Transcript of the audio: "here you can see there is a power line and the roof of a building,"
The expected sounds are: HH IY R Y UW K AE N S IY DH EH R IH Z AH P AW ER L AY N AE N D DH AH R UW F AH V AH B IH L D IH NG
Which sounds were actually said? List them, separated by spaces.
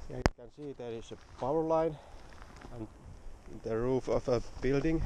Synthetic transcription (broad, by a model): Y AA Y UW K AE N S IY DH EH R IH S AH P AW ER L AY N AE N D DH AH R UW F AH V AH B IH L D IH NG